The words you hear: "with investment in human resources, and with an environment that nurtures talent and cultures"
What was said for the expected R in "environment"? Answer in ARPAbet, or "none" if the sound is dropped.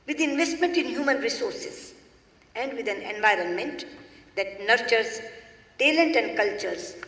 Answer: R